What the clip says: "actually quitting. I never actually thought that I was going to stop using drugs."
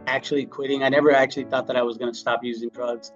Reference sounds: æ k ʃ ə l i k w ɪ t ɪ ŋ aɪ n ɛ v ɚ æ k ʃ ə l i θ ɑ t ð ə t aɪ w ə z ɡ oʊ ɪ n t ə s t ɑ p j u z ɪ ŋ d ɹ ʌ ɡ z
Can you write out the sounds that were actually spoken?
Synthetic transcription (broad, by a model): æ k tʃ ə l i k w ɪ t ɪ ŋ aɪ n ɛ v ɚ æ k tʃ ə l i θ ɑ t ð ə t aɪ w ə z ɡ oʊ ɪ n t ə s t ɑ p j u z ɪ ŋ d ɹ ʌ ɡ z